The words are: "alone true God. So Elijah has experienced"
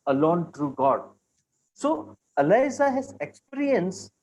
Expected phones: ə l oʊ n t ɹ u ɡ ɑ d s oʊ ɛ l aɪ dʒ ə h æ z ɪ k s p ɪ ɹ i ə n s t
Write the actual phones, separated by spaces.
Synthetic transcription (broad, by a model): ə l oʊ n t ɹ u ɡ ɑ d s oʊ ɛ l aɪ z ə h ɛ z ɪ k s p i ɹ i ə n s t